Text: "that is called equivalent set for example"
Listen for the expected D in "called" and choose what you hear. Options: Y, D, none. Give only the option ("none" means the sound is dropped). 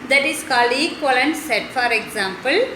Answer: none